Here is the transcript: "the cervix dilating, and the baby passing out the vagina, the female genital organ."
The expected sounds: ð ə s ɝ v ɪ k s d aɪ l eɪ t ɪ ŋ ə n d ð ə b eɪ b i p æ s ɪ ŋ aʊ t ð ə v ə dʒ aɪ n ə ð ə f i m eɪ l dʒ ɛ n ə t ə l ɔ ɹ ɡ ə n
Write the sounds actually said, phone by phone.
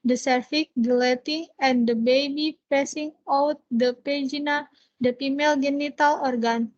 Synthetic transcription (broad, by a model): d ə s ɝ f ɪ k d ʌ l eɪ t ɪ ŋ ə n d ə b eɪ b i p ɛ s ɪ ŋ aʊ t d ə p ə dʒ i n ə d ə p i m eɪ l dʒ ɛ n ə t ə l ɔ ɹ ɡ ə n